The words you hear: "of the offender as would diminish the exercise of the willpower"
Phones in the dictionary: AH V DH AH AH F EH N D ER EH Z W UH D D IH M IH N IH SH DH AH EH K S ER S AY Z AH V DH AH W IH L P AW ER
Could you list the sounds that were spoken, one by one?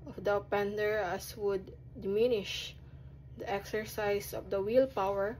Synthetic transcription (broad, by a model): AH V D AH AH P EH N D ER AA S W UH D D IH M IH N IH SH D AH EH K S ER S AY S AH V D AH W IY L P AW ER